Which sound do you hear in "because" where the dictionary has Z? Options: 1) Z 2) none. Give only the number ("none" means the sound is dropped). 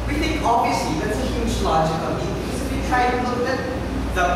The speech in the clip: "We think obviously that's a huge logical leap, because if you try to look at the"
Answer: 2